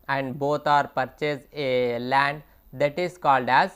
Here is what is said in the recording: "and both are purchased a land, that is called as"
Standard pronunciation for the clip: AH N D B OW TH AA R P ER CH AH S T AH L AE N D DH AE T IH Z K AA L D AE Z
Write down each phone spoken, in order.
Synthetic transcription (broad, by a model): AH N D B OW T AA R P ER CH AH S AH L AE N D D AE T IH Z K AA L D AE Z